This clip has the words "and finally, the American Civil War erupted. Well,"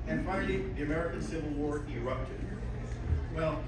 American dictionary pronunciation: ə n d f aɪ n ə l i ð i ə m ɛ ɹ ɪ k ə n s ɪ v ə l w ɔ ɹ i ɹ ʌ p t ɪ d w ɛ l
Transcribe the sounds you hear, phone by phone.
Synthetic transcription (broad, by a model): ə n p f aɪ ə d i ð i ə m ɛ ɹ ɪ k ə n s ɪ v ə l w ɔ ɹ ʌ ɹ ʌ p t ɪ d w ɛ l